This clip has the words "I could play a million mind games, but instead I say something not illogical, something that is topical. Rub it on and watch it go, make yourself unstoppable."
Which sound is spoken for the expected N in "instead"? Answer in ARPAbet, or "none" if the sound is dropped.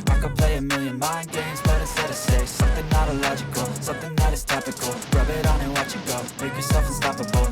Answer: none